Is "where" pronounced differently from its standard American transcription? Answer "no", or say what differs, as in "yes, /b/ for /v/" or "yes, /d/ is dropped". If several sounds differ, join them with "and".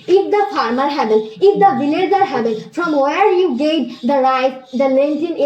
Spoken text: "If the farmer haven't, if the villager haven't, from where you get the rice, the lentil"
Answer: no